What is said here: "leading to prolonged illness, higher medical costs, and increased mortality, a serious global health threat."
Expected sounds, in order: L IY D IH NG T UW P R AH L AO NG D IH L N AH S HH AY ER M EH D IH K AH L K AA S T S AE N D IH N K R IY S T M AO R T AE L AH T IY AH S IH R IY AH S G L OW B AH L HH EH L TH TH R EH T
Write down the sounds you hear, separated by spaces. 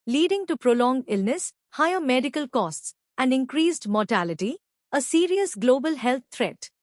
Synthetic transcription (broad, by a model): L IY D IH NG T UW P R AH L AO NG D IH L N AH S HH AY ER M EH D IH K AH L K AA S T S AE N D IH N K R IY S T M AO R T AE L AH T IY AH S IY R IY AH S G L OW B AH L HH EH L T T R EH T